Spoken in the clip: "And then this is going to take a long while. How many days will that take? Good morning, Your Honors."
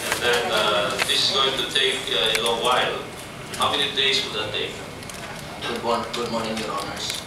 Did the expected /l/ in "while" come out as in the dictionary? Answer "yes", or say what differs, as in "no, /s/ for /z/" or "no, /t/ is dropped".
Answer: yes